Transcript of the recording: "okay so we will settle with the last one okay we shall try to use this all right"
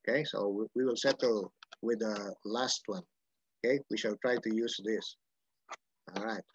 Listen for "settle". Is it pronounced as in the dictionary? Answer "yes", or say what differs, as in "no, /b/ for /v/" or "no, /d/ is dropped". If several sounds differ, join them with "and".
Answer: yes